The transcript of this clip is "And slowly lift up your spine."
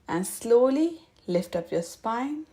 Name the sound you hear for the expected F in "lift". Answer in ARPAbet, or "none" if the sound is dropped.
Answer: F